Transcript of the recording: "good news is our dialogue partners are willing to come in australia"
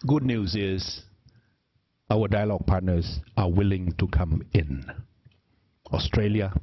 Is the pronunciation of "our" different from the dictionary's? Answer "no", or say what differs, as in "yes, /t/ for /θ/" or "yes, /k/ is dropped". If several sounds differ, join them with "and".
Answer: yes, /w/ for /ɹ/